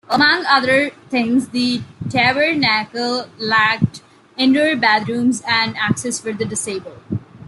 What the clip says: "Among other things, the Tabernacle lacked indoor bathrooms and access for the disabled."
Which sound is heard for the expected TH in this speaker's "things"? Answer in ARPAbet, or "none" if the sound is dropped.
T